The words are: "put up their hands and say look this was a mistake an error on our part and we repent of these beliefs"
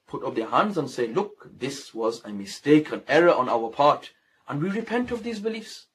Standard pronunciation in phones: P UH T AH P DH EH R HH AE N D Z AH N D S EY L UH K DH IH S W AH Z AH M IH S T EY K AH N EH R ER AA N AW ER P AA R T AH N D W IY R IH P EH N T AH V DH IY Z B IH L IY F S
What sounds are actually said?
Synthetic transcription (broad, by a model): P UH T AH P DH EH R HH AE N D Z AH N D S EY L UH K DH IH S W AH Z AH M IH S T EY K AH N EH R ER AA N AW ER P AA R T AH N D W IY R IH P EH N T AH V DH IY Z B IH L IY F S